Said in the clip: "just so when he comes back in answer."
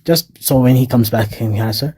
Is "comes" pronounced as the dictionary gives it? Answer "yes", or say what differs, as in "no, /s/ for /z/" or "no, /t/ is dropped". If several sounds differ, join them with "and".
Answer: yes